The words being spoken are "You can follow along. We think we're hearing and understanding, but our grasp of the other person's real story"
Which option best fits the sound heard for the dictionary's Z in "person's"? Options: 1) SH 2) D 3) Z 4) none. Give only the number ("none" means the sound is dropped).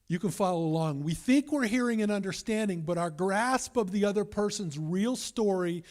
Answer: 3